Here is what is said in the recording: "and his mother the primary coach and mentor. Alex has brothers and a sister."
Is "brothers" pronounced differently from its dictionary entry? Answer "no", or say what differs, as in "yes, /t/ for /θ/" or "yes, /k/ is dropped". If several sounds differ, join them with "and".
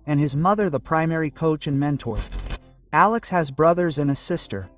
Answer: no